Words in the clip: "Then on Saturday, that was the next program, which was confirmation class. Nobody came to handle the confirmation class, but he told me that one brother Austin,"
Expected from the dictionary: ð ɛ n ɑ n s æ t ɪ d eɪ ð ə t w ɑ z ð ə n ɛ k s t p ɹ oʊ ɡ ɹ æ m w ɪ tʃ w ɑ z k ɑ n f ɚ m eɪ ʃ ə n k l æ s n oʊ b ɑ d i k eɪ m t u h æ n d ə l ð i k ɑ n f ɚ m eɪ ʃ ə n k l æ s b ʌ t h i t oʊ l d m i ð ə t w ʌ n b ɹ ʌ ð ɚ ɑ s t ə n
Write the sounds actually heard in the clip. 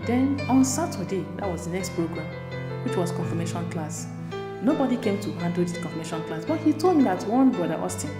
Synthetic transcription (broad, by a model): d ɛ n ɑ n s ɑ t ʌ d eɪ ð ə t w ɑ z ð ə n ɛ k s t p ɹ oʊ ɡ ɹ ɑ m w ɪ tʃ w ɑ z k ɑ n f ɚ m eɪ ʃ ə n k l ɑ s n oʊ b ɑ d i k eɪ m t u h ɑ n d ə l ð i k ɑ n f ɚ m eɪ ʃ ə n k l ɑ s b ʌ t h i t oʊ l d m i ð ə t w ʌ n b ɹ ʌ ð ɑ s t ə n